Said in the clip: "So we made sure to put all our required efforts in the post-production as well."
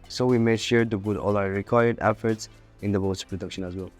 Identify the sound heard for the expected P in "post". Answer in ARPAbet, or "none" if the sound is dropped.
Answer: B